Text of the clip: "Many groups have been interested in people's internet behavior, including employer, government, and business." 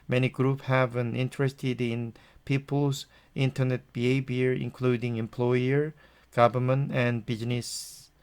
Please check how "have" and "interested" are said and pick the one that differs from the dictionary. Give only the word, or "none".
none